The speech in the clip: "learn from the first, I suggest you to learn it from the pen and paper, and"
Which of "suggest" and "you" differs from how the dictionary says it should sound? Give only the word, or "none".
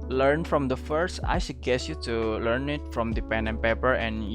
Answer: suggest